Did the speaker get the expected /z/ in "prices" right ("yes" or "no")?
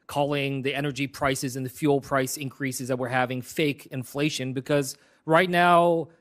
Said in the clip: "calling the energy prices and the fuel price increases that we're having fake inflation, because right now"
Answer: yes